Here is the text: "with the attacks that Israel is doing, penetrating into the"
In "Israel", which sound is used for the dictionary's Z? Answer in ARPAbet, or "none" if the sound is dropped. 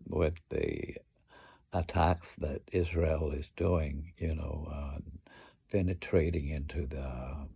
Z